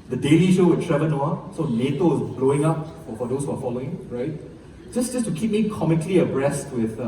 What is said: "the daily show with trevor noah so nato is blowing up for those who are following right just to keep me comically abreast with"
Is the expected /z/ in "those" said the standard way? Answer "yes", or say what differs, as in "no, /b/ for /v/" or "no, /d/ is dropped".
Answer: no, /s/ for /z/